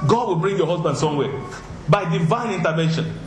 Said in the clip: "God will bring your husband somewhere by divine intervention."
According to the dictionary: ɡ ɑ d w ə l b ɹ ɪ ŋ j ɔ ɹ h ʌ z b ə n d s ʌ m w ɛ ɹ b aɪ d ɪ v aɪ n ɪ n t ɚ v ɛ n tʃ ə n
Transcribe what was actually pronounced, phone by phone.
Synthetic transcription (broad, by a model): ɡ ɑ d w ə l b ɹ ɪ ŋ j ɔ h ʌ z b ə n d s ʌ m w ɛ b aɪ d ɪ v aɪ n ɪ n t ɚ v ɛ n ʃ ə n